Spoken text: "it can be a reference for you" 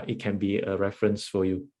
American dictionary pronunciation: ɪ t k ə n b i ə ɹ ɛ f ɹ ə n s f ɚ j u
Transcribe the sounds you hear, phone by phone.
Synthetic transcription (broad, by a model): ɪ t k ə n b i ə ɹ ɛ f ɹ ə n s f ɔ j u